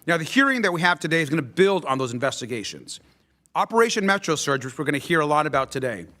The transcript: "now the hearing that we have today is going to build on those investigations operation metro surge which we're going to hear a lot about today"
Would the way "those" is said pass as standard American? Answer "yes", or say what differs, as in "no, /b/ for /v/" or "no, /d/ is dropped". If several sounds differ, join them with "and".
yes